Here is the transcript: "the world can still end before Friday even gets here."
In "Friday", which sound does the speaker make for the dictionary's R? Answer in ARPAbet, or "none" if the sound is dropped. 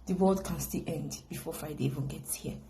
none